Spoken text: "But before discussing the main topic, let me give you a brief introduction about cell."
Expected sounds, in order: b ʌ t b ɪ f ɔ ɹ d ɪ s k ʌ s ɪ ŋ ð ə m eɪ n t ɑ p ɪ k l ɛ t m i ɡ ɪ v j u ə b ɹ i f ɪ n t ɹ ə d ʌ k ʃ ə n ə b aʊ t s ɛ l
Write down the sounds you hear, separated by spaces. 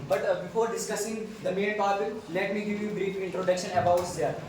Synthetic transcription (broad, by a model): b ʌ t b ɪ f ɔ ɹ d ɪ s k ʌ s ɪ ŋ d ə m eɪ n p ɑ b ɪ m l ɛ t m i ɡ ɪ v j u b ɹ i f ɪ n t ɹ ə d ʌ k ʃ ə n ə b aʊ t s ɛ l